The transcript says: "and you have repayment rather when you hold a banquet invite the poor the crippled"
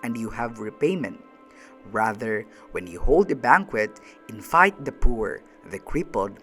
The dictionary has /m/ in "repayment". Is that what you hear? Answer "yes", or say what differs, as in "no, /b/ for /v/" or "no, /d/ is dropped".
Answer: yes